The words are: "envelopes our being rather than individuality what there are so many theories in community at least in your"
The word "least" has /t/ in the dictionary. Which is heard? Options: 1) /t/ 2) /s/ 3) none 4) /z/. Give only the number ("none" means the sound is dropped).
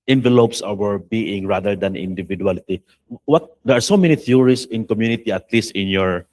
1